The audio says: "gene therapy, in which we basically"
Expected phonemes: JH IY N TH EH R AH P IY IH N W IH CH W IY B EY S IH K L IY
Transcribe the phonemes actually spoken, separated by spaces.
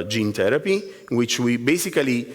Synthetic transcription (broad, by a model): JH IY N T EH R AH P IY W IH CH W IY B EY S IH K L IY